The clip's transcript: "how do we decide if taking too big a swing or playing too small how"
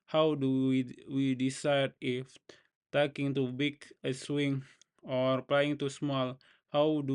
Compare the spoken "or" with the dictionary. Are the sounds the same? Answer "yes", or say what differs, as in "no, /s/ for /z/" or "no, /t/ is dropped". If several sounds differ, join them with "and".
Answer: yes